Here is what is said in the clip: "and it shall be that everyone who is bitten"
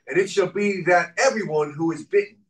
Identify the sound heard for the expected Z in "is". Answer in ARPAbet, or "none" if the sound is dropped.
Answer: Z